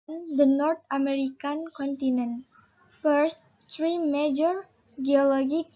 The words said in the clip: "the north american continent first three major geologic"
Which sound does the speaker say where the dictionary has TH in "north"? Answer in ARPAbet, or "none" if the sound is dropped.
T